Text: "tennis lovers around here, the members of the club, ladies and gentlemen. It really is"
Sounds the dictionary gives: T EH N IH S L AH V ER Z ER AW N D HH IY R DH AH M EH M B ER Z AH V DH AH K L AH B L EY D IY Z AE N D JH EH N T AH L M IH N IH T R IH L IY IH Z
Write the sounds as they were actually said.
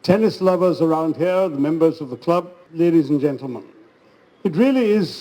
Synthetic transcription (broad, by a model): T EH N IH S L AH V ER Z ER AW N D HH IY R DH AH M EH M B ER Z AH V DH AH K L AH B L EY D IY Z N JH EH N T L M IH N IH T R IH L IY IH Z